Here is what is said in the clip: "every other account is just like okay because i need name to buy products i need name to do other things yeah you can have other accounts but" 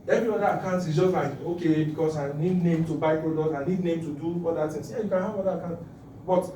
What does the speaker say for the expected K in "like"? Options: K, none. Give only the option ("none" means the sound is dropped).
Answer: none